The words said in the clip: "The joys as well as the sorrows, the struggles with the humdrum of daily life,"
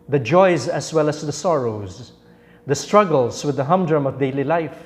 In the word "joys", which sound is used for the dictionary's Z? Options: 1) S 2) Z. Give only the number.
2